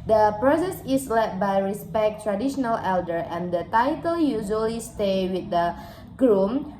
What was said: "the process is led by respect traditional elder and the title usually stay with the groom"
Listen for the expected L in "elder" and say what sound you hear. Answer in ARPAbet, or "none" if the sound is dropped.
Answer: L